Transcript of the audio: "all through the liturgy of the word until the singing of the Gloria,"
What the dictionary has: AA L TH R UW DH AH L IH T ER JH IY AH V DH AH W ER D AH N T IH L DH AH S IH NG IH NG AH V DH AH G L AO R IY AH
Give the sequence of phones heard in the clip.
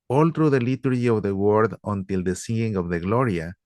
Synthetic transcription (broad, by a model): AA L T R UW DH AH L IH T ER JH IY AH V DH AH W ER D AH N T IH L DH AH S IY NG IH NG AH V DH AH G L AO R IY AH